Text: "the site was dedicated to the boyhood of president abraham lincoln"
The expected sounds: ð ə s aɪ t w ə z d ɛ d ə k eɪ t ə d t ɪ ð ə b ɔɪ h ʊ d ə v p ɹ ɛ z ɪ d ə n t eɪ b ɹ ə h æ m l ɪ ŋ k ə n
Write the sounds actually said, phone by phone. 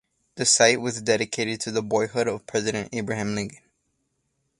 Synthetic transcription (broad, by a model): ð ə s aɪ t w ə z d ɛ d ə k eɪ t ə d t ɪ ð ə b ɔɪ h ʊ d ə v p ɹ ɛ z ɪ d ə n t eɪ b ɹ ə h æ m l ɪ ŋ k ə n